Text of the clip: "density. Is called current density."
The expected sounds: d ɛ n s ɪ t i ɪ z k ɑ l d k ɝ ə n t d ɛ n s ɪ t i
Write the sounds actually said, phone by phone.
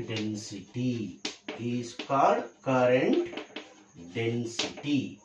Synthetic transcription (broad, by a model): d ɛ n s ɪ t i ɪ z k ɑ d k ɝ ə n t d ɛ n s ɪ t i